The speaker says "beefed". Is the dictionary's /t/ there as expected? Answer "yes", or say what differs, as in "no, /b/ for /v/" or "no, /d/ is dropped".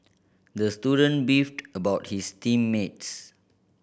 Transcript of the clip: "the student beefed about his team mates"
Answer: yes